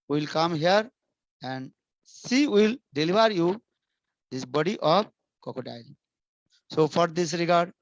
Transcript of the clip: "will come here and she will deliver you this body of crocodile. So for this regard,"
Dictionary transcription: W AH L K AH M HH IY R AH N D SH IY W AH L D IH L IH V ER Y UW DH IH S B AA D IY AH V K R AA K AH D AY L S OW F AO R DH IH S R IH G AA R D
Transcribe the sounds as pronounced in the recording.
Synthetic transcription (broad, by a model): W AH L K AH M HH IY R AH N D S IY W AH L D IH L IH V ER Y UW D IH S B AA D IY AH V K AA K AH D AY L S OW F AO R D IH S R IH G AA R D